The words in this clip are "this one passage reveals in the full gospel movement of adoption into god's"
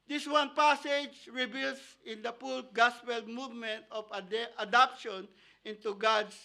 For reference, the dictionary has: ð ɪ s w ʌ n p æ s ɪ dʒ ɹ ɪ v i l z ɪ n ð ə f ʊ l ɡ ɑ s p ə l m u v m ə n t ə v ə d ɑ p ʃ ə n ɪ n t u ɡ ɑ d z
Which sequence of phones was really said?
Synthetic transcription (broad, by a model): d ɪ s w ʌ n p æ s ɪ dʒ ɹ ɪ b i l s ɪ n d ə p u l ɡ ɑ s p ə l m u v m ə n t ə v ə d ɑ p ʃ ə n ɪ n t u ɡ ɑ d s